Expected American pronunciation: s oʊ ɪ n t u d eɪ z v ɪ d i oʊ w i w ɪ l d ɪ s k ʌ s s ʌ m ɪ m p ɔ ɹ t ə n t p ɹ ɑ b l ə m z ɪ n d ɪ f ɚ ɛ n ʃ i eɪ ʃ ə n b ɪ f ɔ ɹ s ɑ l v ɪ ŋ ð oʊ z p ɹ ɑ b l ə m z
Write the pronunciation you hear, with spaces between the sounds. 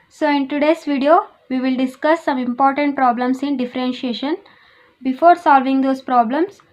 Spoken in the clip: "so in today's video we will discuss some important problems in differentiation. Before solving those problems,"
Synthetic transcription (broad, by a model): s oʊ ɪ n t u d eɪ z v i d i oʊ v i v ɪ l d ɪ s k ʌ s s ʌ m ɪ m p ɔ ɹ t ə n t p ɹ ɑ b l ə m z ɪ n d ɪ f ɚ ɛ n ʃ i eɪ ʃ ə n b ɪ f ɔ ɹ s ɑ l v ɪ ŋ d oʊ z p ɹ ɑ b l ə m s